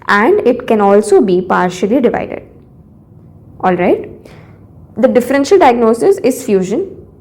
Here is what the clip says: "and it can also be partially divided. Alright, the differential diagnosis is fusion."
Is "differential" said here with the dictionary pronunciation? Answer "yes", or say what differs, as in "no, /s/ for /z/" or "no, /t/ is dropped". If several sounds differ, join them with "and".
yes